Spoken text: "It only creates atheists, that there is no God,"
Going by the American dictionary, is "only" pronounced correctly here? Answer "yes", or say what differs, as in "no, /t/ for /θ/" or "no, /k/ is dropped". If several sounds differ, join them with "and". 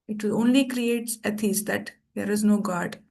yes